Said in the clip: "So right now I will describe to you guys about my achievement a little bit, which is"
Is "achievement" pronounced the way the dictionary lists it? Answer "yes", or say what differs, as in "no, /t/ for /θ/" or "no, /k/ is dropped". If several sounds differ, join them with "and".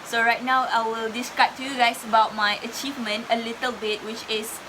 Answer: yes